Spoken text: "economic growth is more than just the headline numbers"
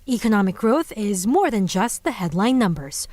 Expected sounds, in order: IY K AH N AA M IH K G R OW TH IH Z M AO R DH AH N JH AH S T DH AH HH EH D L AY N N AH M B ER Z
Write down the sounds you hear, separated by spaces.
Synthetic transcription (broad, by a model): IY K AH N AA M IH K G R OW TH IH Z M AO R DH AH N JH AH S T DH AH HH EH D L AY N N AH M B ER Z